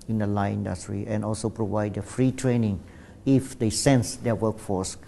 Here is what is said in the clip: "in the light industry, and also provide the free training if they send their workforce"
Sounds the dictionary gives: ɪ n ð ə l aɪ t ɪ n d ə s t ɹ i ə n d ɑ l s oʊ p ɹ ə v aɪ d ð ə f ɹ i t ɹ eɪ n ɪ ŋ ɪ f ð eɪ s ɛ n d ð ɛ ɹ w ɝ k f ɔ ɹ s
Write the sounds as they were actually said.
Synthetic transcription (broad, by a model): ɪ n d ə l aɪ ɪ n d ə s t ɹ i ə n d ɑ l s oʊ p ɹ ə v aɪ d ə f ɹ i t ɹ eɪ n ɪ ŋ ɪ f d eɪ s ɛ n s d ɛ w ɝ k f ɔ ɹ s